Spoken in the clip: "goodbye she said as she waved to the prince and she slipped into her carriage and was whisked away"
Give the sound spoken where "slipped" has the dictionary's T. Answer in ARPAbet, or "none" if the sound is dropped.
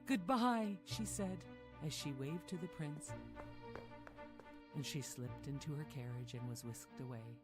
T